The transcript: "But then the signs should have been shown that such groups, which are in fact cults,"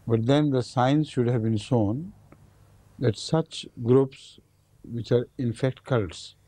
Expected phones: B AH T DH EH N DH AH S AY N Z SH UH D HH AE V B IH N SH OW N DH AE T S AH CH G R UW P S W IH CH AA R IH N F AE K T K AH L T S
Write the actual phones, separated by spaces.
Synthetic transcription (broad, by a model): B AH T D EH N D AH S AY N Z SH UH D HH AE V B IH N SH OW N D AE T S AH CH G R UW P S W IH CH AA R IH N F AE K T K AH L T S